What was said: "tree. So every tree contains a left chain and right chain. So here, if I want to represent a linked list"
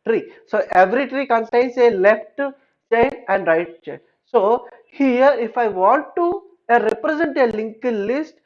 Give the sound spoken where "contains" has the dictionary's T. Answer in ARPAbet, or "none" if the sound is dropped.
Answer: S